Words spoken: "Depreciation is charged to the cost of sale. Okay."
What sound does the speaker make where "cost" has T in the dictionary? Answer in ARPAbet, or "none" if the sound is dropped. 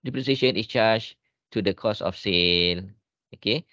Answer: none